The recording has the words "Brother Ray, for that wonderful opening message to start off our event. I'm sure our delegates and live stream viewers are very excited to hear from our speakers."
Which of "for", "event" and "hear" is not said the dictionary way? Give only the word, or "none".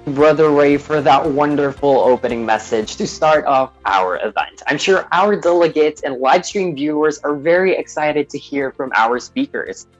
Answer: none